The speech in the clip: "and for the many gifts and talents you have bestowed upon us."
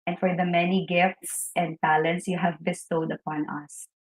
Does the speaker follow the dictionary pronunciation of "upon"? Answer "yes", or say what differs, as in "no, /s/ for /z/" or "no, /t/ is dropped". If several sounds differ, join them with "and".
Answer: yes